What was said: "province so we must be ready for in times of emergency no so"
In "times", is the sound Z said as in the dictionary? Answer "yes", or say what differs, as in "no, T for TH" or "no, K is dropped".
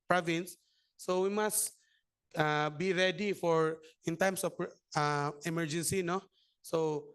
no, S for Z